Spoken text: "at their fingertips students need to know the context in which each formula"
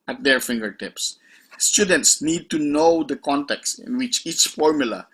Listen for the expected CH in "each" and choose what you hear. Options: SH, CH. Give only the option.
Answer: CH